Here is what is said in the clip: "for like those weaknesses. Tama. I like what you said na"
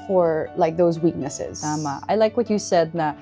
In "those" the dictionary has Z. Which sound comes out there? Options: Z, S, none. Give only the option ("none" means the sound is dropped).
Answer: Z